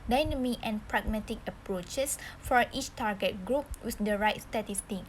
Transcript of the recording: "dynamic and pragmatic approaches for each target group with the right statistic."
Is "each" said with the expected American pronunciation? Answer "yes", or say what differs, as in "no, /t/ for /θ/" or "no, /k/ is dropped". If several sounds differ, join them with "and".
yes